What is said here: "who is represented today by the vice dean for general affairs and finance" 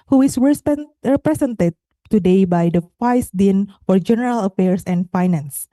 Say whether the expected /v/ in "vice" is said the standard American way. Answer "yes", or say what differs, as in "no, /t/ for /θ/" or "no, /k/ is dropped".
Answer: no, /f/ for /v/